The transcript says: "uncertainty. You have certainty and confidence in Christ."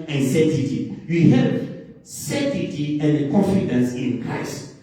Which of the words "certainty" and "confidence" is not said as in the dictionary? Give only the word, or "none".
certainty